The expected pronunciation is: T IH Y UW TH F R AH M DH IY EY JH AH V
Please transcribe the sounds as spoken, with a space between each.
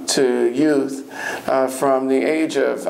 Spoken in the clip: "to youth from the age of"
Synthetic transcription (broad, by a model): T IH Y UW TH F R AH M DH IY EY JH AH V